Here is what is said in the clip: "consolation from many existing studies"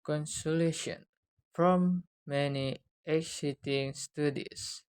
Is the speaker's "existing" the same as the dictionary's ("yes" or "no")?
no